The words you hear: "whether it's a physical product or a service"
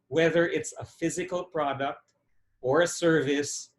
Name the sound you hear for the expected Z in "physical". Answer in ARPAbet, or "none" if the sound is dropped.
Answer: Z